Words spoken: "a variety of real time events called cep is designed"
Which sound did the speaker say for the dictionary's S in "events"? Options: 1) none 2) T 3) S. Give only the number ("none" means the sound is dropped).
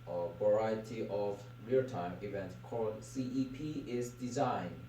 1